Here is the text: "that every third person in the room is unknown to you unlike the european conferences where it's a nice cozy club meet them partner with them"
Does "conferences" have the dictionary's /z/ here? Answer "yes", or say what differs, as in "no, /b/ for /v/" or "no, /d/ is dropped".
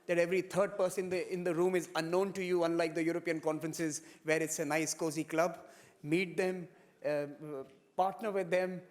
yes